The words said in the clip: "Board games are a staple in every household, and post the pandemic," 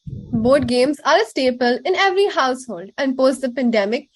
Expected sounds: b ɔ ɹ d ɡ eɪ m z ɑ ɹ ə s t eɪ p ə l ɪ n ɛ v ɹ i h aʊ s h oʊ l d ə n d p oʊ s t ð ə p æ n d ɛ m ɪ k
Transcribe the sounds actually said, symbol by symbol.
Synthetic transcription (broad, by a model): b ɔ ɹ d ɡ eɪ m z ɑ ɹ ə s t eɪ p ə l ɪ n ɛ v ɹ i h aʊ s h oʊ l d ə n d p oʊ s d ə p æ n d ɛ m ɪ k